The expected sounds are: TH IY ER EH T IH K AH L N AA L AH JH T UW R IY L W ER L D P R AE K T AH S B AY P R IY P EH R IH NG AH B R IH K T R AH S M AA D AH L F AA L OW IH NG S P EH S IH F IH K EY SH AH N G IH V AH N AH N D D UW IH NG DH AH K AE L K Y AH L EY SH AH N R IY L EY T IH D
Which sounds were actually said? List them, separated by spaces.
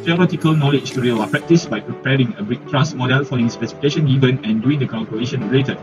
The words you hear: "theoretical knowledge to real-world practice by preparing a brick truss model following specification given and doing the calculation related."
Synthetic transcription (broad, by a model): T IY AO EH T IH K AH L N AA L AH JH T UW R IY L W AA P R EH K T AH S B AY P R IY P EH R IH NG AH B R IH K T R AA S M AA D AH L F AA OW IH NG S P EH S IH F IH K EY SH AH N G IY V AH N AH N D D UW IH NG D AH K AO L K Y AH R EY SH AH N R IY L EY T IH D